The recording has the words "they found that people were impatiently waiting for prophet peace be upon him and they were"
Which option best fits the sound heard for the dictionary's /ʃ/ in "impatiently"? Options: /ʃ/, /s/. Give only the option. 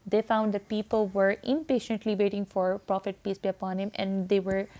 /ʃ/